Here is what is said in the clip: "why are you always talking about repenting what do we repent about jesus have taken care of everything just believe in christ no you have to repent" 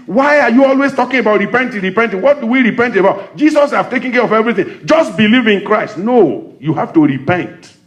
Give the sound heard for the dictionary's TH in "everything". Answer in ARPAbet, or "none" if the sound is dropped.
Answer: TH